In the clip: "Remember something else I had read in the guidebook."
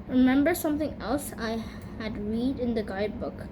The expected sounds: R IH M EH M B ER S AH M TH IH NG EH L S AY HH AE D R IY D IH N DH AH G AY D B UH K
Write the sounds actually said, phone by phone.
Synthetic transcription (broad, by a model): R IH M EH M B ER S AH M T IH NG EH L S AY HH AE D R IY D IH N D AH G AY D B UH K